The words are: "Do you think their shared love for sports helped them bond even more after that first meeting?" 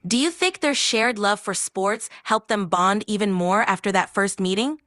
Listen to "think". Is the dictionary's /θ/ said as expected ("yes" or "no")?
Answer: yes